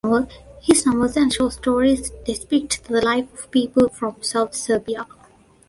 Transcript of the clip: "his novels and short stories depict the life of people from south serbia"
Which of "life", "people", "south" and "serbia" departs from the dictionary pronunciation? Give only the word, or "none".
south